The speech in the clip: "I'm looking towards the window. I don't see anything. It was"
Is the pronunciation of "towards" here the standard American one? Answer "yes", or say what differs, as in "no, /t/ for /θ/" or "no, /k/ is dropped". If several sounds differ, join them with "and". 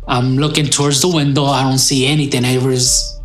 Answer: yes